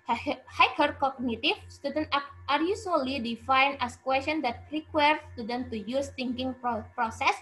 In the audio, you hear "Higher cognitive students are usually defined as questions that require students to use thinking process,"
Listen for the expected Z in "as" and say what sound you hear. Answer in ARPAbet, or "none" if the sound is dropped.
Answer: S